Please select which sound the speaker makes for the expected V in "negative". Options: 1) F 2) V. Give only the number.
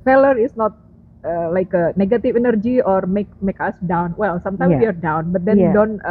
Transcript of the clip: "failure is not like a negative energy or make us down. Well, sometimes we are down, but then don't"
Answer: 1